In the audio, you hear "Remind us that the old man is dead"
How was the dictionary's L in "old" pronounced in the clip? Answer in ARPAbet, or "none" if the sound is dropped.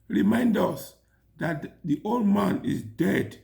L